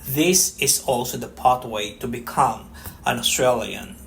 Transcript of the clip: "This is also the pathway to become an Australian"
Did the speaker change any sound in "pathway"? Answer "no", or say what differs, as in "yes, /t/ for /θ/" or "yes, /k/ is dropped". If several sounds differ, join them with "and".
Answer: yes, /t/ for /θ/